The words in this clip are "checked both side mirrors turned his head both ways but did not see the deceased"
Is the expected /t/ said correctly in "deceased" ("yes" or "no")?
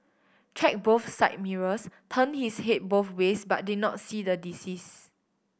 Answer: no